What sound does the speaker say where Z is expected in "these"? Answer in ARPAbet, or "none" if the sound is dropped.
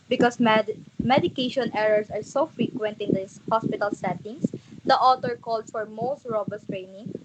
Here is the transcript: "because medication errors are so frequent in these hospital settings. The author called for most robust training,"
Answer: none